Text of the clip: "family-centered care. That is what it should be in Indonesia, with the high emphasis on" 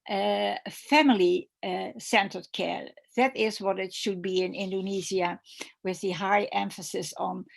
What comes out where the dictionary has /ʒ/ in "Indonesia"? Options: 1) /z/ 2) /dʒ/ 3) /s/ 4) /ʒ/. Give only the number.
1